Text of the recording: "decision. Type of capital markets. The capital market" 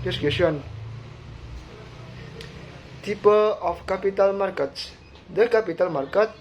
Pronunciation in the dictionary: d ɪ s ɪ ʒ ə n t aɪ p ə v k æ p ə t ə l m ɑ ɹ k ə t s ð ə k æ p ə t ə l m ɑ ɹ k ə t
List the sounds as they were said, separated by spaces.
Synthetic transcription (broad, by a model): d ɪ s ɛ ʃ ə n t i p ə p k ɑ p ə t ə l m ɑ ɹ k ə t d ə k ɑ p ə t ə l m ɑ ɹ k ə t